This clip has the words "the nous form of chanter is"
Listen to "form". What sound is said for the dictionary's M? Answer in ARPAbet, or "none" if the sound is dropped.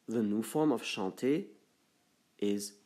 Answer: M